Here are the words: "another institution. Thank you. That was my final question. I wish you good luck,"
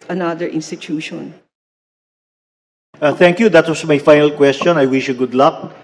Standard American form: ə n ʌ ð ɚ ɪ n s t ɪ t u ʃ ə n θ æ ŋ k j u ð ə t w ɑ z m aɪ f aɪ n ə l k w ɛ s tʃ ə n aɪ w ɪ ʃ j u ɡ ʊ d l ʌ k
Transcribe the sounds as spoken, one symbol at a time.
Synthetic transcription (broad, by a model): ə n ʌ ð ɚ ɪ n s t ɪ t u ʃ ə n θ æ ŋ k j u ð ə t w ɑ s m aɪ f aɪ n ə l k w ɛ s tʃ ə n aɪ w ɪ ʃ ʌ ɡ ʊ d l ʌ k